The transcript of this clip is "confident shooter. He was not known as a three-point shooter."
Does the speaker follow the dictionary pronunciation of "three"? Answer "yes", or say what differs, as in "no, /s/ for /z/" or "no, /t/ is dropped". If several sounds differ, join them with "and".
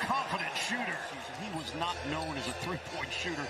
yes